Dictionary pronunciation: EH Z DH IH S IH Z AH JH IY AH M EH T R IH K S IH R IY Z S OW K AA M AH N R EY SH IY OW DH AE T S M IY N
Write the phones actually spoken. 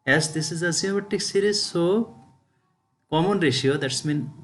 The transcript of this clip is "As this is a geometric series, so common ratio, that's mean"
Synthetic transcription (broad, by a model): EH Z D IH S IH Z AH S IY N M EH T IH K S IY R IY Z S OW K AA M AH N R EY SH IY OW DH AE T S M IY N